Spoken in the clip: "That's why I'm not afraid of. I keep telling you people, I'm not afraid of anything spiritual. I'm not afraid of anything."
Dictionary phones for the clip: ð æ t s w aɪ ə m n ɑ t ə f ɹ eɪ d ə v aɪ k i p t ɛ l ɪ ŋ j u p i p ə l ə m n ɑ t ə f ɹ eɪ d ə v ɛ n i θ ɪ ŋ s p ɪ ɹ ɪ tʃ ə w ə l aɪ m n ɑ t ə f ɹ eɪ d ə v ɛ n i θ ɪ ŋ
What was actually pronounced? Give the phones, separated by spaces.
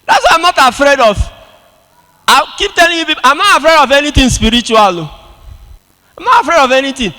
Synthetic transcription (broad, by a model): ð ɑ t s w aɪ ə m n ɑ t ə f ɹ eɪ d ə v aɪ k i p t ɛ l ɪ ŋ j u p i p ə ə m n ɑ t ə f ɹ eɪ d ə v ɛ n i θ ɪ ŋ s p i ɹ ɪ tʃ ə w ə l aɪ m n ɑ t ə f ɹ eɪ d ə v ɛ n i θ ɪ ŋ